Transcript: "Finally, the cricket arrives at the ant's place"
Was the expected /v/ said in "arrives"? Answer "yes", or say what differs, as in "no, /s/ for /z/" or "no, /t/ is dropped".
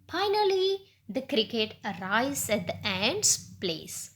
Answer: no, /v/ is dropped